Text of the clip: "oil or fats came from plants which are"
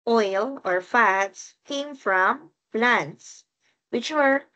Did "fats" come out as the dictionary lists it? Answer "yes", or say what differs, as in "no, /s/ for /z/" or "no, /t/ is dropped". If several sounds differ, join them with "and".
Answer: yes